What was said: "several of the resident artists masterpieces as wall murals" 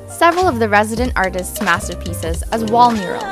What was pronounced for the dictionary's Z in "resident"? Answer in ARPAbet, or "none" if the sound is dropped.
Z